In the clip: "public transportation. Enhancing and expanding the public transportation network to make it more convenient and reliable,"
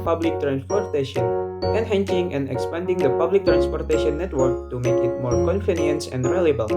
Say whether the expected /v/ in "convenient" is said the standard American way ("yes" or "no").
no